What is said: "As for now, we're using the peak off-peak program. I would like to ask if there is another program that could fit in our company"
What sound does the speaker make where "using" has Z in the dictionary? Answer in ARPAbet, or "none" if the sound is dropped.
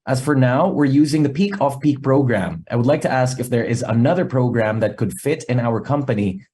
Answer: Z